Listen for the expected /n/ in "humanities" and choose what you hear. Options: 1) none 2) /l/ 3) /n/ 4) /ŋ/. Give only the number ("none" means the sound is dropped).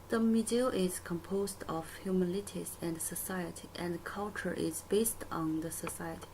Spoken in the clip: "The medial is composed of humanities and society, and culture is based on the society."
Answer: 2